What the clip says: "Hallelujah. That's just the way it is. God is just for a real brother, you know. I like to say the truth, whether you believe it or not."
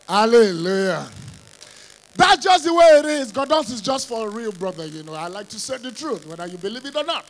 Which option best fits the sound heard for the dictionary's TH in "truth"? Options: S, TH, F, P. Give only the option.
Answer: TH